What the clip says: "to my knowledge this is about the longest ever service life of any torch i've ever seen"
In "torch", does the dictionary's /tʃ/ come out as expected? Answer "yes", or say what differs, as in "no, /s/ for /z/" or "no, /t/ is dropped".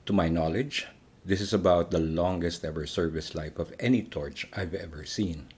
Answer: yes